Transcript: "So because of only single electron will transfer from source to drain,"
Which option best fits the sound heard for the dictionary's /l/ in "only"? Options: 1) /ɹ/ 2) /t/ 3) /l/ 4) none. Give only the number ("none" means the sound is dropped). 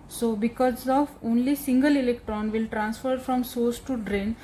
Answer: 3